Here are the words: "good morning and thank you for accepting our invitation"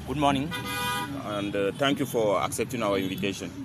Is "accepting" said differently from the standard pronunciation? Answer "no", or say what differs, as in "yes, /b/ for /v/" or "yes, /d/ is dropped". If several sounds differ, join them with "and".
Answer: no